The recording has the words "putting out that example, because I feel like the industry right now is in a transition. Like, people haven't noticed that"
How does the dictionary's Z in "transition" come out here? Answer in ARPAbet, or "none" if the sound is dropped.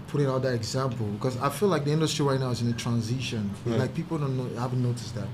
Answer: Z